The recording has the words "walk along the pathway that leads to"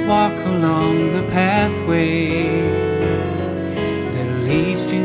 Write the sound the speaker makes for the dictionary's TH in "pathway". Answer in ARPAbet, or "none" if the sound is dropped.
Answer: TH